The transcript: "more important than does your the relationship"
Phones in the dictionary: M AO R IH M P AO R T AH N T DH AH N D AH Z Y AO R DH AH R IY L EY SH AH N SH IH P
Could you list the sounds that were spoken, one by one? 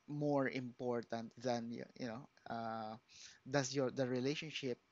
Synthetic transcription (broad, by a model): M AO R IH M P AO R T AH N T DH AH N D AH S Y AO R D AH R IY L EY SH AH N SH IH P